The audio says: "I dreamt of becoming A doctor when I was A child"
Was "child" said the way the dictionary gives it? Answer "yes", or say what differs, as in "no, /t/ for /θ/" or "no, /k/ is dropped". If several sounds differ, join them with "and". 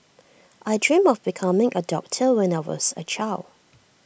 no, /d/ is dropped